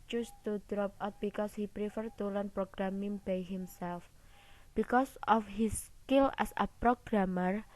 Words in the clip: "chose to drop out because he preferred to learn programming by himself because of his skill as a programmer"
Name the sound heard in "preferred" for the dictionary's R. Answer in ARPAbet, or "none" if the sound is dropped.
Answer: R